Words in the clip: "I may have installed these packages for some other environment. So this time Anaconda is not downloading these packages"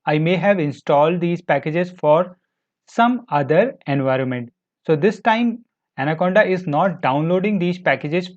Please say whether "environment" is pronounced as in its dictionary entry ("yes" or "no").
yes